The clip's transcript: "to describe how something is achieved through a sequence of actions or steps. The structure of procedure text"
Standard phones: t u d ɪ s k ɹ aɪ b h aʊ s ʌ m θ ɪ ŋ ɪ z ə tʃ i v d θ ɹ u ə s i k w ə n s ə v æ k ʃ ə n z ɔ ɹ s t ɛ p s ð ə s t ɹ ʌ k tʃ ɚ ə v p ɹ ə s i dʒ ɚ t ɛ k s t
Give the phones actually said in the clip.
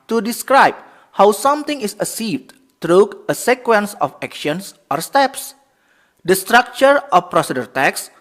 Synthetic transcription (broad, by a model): t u d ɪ s k ɹ aɪ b h aʊ s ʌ m t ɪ ŋ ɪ s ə s i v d t ɹ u ə s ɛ k w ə n s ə f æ k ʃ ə n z ɔ ɹ s t ɛ p s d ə s t ɹ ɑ k tʃ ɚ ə f p ɹ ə s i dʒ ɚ t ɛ k s